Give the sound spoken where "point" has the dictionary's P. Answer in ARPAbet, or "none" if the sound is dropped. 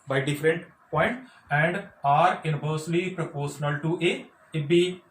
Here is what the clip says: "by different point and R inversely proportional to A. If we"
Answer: P